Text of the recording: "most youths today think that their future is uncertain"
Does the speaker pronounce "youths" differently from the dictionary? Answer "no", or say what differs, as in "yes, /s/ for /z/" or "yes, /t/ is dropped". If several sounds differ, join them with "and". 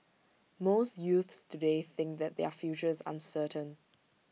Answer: no